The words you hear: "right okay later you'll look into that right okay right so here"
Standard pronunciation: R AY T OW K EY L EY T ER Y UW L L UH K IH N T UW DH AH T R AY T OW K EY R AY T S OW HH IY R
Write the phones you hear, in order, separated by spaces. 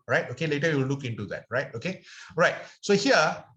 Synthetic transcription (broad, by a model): R AY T OW K EY L EY T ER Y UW W L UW K IH N T UW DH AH T R AY T OW K EY R AY T S OW HH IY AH